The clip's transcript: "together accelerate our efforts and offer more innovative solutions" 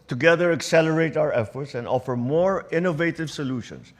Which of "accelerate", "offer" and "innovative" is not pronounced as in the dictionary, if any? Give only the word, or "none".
none